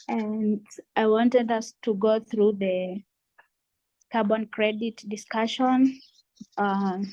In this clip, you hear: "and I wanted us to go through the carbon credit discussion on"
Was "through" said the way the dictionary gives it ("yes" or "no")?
yes